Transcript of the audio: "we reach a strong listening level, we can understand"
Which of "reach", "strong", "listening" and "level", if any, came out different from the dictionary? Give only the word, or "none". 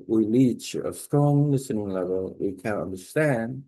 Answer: reach